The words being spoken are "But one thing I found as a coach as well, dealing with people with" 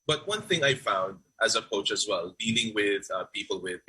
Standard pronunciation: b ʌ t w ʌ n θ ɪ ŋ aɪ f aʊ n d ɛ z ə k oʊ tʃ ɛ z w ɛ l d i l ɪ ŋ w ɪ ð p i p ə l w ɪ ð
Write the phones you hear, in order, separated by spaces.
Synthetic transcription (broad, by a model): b ʌ t w ʌ n θ ɪ ŋ aɪ f aʊ n d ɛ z ə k oʊ tʃ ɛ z w ɛ l d i l ɪ ŋ w ɪ ð p i p ə l w ɪ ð